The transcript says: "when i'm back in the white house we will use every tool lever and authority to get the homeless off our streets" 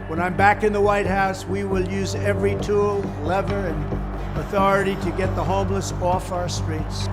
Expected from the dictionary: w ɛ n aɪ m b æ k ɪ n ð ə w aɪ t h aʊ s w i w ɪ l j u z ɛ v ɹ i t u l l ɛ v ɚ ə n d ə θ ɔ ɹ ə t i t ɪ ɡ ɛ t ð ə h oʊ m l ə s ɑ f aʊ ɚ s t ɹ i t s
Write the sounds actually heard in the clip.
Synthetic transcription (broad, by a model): w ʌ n aɪ m b æ k ɪ n ð ə w aɪ t h aʊ s w i w ɪ l j u z ɛ v ɹ i t u l l ɛ v ɚ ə n ə θ ɔ ɹ ə t i t ɪ ɡ ɛ t ð ə h oʊ m l ə s ɑ f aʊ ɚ s t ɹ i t s